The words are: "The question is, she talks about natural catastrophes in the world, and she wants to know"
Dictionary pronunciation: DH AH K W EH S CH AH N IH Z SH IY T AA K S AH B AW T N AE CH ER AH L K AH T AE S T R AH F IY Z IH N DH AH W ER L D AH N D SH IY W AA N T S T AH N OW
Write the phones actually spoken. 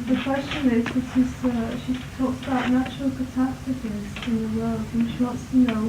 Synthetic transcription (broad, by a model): DH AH K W EH S CH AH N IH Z SH IY T AA K S AH B AW T N AE CH ER AH L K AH T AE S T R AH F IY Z IH N DH AH W ER L D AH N SH IY W AA N T S T AH N OW